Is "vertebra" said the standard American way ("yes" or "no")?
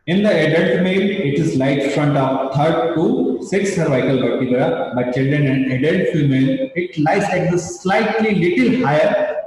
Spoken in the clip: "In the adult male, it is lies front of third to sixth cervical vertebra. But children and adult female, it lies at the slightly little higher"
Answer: no